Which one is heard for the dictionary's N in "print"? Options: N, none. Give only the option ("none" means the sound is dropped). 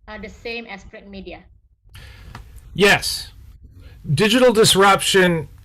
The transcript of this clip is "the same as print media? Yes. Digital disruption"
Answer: none